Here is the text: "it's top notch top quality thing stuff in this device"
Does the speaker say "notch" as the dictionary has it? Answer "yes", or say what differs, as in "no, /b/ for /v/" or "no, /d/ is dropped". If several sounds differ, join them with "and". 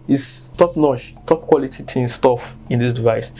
no, /ʃ/ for /tʃ/